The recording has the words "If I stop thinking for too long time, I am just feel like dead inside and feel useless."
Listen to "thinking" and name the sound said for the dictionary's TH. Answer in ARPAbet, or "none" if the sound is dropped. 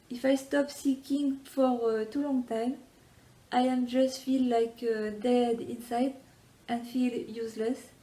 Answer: S